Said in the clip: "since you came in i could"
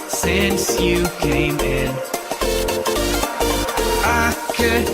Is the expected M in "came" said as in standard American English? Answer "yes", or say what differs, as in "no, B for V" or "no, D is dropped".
yes